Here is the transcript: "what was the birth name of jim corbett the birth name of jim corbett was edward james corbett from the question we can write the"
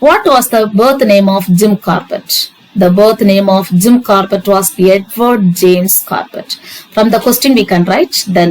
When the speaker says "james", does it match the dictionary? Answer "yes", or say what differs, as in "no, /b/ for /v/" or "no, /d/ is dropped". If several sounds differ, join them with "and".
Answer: no, /s/ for /z/